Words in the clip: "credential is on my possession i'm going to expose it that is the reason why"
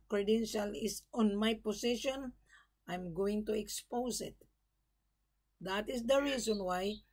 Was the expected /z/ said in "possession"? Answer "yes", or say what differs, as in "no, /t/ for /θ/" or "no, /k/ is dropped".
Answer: no, /s/ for /z/